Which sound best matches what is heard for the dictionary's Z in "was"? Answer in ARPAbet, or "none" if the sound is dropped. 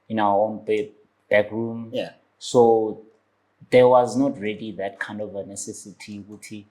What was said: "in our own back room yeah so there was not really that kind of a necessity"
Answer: Z